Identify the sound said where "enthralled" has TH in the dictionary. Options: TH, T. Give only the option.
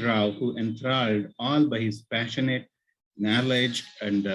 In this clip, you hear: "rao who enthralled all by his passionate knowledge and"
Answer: T